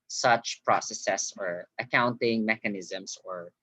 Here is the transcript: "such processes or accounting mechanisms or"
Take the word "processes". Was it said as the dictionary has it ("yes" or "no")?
no